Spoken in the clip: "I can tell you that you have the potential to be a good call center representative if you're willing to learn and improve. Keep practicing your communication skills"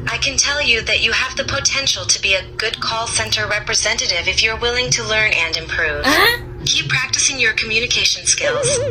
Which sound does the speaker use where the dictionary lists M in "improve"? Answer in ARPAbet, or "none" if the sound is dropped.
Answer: M